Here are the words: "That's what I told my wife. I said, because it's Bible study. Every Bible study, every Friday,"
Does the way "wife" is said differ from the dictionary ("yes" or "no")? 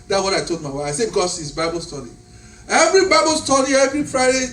yes